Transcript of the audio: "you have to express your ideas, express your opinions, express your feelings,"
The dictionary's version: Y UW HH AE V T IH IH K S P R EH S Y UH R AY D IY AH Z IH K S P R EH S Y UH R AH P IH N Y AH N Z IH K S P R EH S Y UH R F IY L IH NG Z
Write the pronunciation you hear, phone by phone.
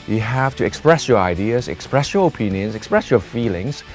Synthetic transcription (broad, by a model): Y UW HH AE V T IH IH K S P R EH S Y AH R AY D IY AH Z IH K S P R EH S Y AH R AH P IH N Y AH N Z IH K S P R EH S Y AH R F IY L IH NG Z